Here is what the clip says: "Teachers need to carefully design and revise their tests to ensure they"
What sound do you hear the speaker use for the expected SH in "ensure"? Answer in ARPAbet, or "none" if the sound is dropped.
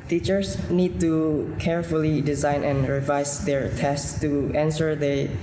S